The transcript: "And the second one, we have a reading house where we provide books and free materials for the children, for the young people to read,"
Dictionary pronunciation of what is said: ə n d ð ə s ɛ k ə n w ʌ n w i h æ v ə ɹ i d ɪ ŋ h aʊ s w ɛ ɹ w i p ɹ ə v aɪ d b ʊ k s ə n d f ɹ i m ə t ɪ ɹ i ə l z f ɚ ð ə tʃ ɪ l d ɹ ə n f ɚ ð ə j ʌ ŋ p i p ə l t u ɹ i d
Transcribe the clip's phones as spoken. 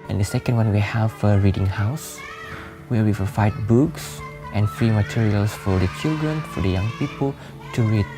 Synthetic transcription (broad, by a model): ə n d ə s ɛ k ə n w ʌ n w i h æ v ə ɹ i d ɪ ŋ h aʊ s w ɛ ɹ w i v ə f aɪ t b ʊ k s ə n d f ɹ i m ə t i ɹ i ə l s f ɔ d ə tʃ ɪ l d ɹ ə n f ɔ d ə j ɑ ŋ p i p ə l t u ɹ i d